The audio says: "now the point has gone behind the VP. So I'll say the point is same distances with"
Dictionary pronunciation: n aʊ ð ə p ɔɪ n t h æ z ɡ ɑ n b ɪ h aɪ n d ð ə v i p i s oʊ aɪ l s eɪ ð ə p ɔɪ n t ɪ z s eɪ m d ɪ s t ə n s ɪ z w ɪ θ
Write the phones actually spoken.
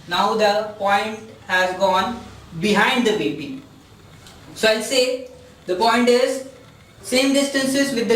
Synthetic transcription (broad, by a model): n aʊ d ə p ɔɪ n t h æ z ɡ ɑ n b ɪ h aɪ n d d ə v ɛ b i s oʊ aɪ l s eɪ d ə p ɔɪ n t ɪ z s eɪ m d ɪ s t ə n s ɪ z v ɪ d